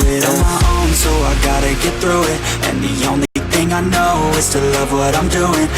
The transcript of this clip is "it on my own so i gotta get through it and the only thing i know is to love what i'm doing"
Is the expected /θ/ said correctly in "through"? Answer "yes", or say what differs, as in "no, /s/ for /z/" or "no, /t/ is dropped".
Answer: yes